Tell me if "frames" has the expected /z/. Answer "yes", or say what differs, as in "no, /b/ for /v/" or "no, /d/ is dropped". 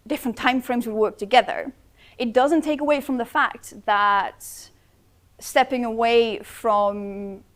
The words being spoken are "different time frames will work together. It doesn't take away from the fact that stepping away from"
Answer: yes